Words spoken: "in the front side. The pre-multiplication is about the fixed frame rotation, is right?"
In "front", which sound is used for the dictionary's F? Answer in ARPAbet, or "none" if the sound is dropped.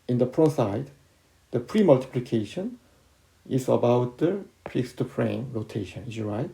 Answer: P